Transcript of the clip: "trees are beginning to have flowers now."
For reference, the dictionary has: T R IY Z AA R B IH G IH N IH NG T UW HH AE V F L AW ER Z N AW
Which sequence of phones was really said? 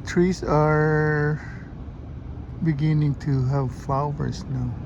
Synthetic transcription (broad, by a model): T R IY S AA R B IH G IH N IH NG T UW HH AE V F L AW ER S N AW